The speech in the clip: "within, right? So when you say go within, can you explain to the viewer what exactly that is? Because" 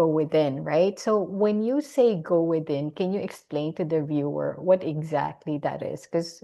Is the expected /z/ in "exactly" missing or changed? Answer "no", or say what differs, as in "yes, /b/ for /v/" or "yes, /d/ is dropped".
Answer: no